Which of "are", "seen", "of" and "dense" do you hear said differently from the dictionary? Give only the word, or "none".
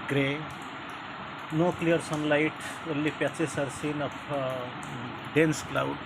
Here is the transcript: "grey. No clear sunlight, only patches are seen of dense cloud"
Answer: of